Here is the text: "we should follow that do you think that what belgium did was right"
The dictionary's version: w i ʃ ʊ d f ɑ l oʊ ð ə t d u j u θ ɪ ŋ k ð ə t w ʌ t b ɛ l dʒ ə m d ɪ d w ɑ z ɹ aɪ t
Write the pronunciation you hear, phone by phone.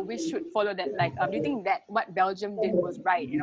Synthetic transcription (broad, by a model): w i ʃ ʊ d f ɑ l oʊ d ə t d u j u t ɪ ŋ k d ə t w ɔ t b ɛ l dʒ ə m d ɪ d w ɑ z ɹ aɪ t